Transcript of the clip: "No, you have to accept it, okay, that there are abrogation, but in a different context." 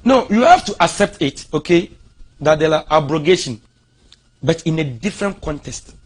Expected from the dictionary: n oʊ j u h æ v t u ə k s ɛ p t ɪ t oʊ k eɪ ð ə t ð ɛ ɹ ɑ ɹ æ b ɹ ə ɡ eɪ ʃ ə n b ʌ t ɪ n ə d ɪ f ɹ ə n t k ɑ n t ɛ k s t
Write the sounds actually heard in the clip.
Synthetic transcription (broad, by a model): n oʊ j u h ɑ f t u ə k s ɛ p t ɪ t oʊ k eɪ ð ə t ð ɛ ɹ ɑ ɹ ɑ b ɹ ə ɡ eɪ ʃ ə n b ʌ t ɪ n ə d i f ɹ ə n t k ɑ n t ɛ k s t